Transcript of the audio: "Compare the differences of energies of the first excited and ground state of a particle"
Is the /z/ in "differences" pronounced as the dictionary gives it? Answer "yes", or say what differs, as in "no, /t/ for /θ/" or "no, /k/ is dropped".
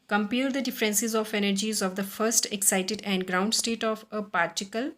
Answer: yes